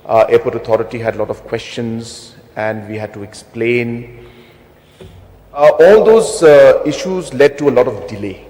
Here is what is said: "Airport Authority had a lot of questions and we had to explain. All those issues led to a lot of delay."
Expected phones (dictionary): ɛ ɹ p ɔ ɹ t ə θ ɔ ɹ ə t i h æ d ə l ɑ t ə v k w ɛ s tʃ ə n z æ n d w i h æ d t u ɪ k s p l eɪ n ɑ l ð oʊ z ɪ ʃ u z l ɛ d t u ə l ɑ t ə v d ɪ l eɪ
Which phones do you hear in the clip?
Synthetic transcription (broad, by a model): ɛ p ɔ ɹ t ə t ɔ ɹ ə t i h æ d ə l ɑ t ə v k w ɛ s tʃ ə n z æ n d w i h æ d t u ɪ k s p l eɪ n ɑ l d oʊ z ɪ ʃ u z l ɛ d t u ə l ɑ t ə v d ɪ l eɪ